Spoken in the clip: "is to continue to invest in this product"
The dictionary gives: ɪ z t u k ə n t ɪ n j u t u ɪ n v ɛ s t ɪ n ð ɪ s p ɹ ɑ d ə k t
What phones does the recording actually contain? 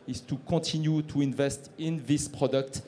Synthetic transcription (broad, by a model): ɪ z t u k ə t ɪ n j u t u ɪ n v ɛ s t ɪ n ð ɪ s p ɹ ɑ d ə k t